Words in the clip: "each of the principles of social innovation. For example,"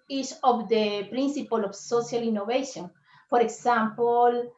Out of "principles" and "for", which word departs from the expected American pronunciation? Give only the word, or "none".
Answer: principles